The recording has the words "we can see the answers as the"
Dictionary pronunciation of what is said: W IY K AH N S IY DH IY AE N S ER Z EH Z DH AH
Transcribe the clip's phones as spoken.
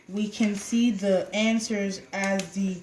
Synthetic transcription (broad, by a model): W IY K AH N S IY DH IY AE N S ER Z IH Z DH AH